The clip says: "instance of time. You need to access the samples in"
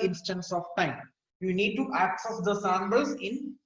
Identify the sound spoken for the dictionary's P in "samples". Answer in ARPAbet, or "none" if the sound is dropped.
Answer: B